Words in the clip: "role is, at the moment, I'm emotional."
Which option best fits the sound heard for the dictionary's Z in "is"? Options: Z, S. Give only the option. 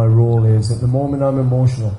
Z